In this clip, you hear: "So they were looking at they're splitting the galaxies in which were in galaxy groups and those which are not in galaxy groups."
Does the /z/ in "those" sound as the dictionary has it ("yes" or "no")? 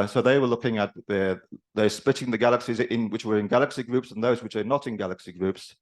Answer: yes